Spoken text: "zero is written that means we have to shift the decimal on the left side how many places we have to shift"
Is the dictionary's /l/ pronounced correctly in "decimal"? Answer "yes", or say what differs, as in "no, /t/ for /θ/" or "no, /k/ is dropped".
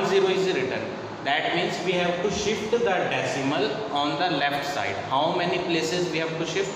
yes